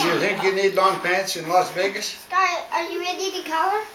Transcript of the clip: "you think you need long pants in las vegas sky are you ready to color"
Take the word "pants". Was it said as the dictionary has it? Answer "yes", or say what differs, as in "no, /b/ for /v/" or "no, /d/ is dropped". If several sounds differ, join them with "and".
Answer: yes